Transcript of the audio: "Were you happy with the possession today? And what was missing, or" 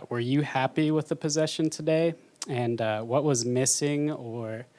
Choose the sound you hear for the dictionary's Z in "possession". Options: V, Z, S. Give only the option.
Z